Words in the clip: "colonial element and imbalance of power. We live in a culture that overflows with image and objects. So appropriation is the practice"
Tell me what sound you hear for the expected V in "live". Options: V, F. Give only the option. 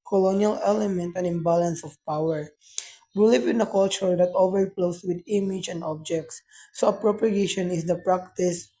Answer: F